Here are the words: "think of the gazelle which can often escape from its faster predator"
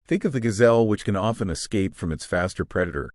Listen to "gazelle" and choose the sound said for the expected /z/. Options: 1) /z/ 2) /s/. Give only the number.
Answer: 1